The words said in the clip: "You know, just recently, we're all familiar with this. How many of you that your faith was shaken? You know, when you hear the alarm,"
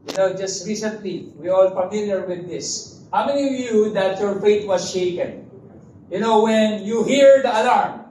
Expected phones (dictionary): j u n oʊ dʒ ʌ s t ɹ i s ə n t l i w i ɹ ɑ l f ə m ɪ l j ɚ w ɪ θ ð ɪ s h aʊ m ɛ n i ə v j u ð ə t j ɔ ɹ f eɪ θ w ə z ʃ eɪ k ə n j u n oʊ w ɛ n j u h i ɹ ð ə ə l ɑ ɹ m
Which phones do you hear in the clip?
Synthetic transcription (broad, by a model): j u n oʊ dʒ ʌ s t ɹ i s ə n t l i w i ɹ ɑ l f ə m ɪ l j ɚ w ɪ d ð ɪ s h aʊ m ɛ n i ə v j u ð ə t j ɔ ɹ f eɪ t w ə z ʃ eɪ k ə n j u n oʊ w ɛ n j u h i ɹ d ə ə l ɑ ɹ m